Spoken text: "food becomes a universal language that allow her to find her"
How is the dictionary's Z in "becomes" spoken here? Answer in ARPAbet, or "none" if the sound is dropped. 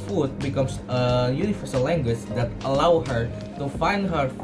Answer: S